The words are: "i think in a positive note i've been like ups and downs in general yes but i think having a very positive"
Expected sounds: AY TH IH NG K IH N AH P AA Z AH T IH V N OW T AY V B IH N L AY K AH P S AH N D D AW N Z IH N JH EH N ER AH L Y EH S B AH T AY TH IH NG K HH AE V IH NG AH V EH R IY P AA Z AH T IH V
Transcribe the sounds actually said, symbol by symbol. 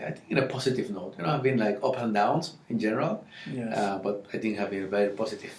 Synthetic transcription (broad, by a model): AY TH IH NG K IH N AH P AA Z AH T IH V N OW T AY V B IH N L AY K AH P AH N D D AW N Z IH N JH EH N ER AH L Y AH B AH T AY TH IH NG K HH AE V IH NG AH V EH R IY P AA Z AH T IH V